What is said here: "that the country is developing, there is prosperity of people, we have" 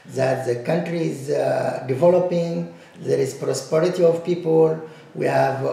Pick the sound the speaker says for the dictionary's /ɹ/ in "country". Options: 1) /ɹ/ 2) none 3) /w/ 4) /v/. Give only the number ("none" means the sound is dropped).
1